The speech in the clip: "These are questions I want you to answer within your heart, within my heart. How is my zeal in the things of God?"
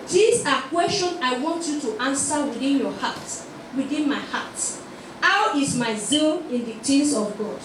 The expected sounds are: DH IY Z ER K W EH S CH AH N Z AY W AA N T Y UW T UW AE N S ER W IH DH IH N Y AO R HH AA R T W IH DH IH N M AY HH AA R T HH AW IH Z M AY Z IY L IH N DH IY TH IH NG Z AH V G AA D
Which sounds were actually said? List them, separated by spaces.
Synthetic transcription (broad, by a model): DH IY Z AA K W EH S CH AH N AY W AA N T Y UW T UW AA N S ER W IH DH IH N Y AO HH AA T W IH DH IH N M AY HH AA T HH AW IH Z M AY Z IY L IH N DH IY T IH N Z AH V G AA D